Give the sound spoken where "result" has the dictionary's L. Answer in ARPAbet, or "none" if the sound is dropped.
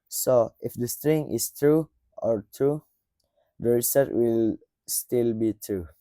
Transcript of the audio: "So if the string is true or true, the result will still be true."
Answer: none